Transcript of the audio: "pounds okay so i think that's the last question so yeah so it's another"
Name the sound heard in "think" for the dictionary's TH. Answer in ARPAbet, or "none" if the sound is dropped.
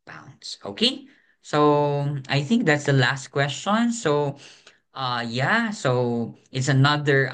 TH